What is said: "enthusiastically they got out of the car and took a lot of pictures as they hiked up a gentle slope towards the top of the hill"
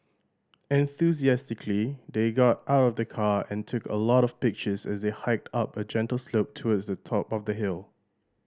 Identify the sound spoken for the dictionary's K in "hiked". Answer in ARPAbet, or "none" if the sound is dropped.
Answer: K